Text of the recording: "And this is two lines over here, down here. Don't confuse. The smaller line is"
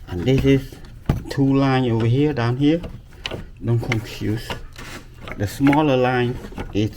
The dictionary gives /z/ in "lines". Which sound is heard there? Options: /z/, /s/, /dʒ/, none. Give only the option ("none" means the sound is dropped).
none